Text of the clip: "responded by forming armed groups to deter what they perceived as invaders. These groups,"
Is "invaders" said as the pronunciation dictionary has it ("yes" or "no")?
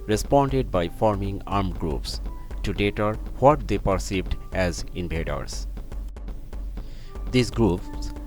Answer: no